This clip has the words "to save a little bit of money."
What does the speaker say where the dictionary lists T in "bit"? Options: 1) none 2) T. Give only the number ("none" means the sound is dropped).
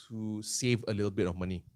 2